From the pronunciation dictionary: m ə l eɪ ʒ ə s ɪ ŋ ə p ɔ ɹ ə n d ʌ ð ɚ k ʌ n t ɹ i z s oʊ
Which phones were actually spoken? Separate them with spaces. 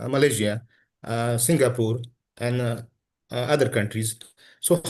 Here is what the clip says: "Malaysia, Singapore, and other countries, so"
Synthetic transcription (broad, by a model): m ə l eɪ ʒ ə s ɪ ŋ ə p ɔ ɹ ə n d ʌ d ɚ k ʌ n t ɹ i z s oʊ